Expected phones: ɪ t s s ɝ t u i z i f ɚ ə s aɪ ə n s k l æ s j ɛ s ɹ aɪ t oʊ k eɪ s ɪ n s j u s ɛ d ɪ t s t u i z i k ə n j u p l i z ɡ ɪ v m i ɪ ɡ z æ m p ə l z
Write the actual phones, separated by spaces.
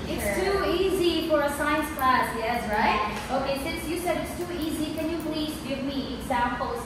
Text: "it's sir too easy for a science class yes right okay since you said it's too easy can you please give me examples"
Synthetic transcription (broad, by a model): ɪ t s s t u i z i f ɚ ə s aɪ ə n s k l æ s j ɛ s ɹ aɪ t oʊ k eɪ s ɪ n s j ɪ s ɛ d ɪ t s t u i z i k ə n j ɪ p l i z ɡ ɪ v m i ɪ ɡ z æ m p l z